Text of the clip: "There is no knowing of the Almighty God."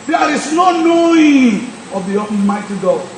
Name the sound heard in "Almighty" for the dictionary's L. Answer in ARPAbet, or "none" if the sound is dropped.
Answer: none